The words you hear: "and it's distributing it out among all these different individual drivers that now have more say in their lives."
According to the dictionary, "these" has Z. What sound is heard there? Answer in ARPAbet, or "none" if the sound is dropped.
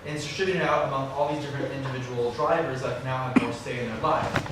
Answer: Z